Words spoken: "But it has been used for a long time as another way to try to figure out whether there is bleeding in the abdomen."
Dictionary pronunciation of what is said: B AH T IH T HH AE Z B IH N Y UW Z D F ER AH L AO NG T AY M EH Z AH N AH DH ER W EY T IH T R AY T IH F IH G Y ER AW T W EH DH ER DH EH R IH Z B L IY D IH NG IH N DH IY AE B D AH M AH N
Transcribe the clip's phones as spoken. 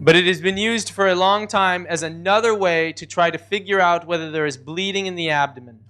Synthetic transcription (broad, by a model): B AH T IH T HH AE Z B IH N Y UW Z D F ER AH L AO NG T AY M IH Z AH N AH DH ER W EY T IH T R AY T IH F IH G Y ER AW T W EH DH ER DH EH R IH Z B L IY D IH NG IH N DH IY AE B D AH M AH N